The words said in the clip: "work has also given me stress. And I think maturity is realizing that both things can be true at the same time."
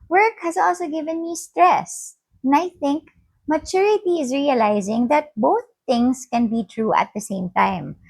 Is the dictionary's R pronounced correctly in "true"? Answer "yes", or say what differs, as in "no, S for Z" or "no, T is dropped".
yes